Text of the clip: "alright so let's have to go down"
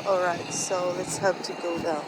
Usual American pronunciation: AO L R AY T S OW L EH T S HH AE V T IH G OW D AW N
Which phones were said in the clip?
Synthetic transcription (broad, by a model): AO L R AY T S OW L EH T S HH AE P T IH G OW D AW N